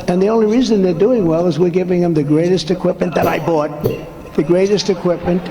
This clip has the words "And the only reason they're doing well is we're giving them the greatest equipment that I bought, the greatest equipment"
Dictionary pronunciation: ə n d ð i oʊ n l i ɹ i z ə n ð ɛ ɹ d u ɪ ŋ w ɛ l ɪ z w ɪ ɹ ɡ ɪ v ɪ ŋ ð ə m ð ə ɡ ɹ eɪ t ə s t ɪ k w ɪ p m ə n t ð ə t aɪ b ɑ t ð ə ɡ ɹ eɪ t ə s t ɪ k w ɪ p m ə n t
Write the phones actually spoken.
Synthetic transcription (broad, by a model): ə n ð i oʊ n l i ɹ i z ə n ð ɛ ɹ d u ɪ ŋ w ɛ l ɪ z w ɪ ɹ ɡ ɪ v ɪ ŋ ð ə m ð ə ɡ ɹ eɪ t ə s t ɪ k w ɪ p m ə n ð ə t aɪ b ɑ t ð ə ɡ ɹ eɪ t ə s t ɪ k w ɪ p m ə n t